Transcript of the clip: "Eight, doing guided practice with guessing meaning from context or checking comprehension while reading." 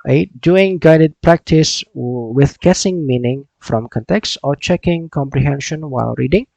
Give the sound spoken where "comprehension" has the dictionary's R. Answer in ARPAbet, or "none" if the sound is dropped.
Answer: R